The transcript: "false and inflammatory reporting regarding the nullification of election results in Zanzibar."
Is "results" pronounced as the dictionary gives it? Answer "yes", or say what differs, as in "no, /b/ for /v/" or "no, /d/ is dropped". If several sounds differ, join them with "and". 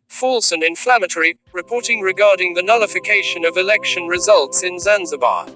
yes